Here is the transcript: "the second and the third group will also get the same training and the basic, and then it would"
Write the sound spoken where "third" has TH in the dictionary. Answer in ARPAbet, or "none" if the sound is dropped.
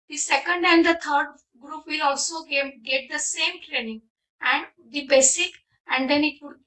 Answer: T